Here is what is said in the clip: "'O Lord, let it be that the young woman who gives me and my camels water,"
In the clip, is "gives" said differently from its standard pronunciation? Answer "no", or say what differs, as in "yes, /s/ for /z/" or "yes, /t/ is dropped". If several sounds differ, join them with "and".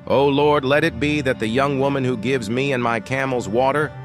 no